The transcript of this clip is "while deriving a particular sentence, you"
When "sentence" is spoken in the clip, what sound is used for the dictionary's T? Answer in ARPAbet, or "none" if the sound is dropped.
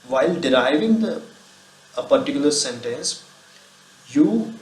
T